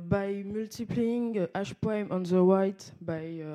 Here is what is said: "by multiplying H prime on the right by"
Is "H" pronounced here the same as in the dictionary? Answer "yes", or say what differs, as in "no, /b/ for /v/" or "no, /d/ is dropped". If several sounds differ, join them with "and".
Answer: no, /ʃ/ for /tʃ/